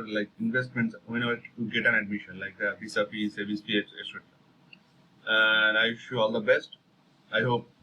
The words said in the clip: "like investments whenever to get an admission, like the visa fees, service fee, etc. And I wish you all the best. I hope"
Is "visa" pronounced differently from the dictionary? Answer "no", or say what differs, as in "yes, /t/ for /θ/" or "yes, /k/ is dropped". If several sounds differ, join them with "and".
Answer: yes, /p/ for /v/ and /s/ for /z/